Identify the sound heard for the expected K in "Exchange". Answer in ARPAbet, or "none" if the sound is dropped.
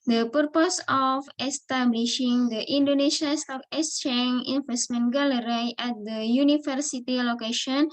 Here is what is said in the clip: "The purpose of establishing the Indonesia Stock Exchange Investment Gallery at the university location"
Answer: none